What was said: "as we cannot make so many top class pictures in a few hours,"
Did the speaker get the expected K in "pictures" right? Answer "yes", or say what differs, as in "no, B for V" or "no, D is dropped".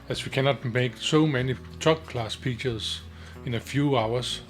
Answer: no, K is dropped